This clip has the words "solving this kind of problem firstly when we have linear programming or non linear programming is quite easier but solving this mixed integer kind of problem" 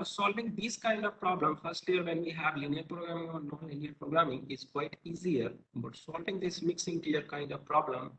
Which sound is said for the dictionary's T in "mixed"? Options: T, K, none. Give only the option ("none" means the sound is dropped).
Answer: none